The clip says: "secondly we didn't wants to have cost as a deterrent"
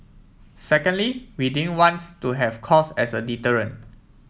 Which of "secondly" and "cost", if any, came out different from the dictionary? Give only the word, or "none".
cost